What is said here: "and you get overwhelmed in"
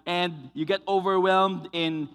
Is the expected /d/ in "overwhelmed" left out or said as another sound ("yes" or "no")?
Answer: no